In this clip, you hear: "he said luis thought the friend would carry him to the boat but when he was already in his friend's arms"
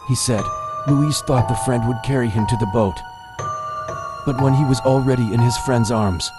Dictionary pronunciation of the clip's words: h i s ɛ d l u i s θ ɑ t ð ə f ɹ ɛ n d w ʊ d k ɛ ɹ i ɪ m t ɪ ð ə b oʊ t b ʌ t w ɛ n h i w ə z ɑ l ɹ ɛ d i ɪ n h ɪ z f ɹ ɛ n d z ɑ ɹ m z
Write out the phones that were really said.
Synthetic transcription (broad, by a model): h i s ɛ d l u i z θ ɑ t ð ə f ɹ ɛ n d w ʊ d k ɛ ɹ i ɪ m t ɪ ð ə b oʊ t b ʌ t w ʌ n i w ə z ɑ l ɹ ɛ d i ɪ n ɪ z f ɹ ɛ n d z ɑ ɹ m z